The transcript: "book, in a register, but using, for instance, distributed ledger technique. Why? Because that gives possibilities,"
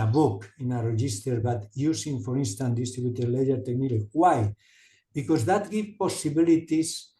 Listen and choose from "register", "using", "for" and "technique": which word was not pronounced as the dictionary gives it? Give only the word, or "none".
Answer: using